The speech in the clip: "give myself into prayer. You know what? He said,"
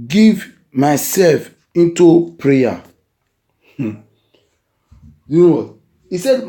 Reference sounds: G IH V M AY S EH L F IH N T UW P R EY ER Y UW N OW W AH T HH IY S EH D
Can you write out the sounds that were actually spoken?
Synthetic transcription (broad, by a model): G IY V M AY S EH L F IH N T UW P R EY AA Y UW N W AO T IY S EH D